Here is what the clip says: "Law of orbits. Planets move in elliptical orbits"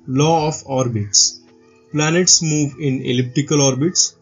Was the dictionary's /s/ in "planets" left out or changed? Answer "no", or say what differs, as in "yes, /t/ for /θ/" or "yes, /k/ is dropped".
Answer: no